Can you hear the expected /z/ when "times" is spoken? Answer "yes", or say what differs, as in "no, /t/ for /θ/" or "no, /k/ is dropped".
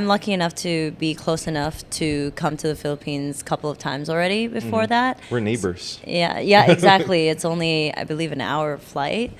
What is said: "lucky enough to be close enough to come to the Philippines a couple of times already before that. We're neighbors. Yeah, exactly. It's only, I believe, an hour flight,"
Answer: yes